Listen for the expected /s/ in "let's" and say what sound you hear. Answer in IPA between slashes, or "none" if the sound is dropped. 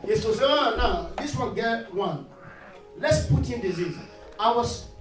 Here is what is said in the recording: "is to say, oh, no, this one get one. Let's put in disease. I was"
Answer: /s/